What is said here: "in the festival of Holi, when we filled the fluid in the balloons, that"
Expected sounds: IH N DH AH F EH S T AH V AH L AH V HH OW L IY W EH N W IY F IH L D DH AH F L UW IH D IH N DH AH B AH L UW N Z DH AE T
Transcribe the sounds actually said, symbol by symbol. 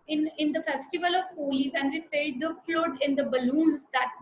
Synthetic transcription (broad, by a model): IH N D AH F EH S T AH V AH L AH V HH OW L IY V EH N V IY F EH D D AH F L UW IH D IH N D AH B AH L UW N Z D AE T